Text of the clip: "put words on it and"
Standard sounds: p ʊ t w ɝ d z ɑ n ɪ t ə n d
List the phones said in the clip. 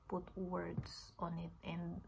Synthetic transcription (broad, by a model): p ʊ t w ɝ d s ɑ n ɪ t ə n d